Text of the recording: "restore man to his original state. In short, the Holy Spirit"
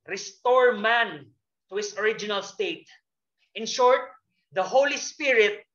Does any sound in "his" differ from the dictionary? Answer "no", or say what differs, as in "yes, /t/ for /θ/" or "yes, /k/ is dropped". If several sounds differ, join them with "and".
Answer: yes, /s/ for /z/